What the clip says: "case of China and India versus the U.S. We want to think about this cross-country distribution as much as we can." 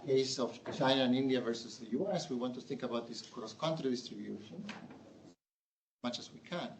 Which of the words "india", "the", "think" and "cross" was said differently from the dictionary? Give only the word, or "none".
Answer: none